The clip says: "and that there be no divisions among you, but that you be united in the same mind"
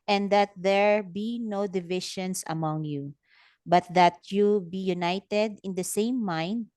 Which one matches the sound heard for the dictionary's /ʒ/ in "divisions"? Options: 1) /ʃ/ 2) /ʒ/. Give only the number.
1